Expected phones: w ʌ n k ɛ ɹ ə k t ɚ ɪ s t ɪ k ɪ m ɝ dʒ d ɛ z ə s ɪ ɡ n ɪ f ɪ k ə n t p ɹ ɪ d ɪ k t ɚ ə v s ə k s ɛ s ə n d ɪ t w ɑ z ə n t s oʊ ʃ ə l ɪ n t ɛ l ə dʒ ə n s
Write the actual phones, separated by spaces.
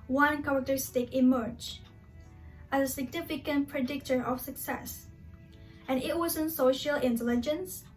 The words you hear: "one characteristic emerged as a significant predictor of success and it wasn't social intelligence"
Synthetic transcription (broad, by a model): w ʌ n k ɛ ɹ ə k t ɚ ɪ s t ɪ k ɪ m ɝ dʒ ɛ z ə s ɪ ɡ n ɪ f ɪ k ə n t p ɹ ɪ d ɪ k t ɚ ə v s ə k s ɛ s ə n ɪ t w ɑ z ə n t s oʊ ʃ ə l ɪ n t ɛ l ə dʒ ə n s